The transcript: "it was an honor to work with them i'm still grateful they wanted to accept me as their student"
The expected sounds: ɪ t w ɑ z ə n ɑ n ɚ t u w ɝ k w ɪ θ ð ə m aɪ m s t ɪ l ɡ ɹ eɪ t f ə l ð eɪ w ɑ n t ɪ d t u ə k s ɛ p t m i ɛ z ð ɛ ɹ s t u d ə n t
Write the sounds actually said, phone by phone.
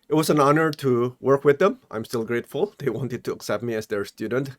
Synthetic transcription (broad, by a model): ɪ t w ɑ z ə n ɑ n ɚ t u w ɝ k w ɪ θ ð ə m aɪ m s t ɪ l ɡ ɹ eɪ t f ə l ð eɪ w ɑ n t ɪ d t u ə k s ɛ p t m i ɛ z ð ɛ ɹ s t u d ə n t